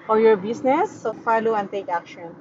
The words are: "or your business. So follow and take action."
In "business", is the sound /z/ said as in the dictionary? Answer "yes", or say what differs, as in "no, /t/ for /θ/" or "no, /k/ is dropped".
no, /s/ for /z/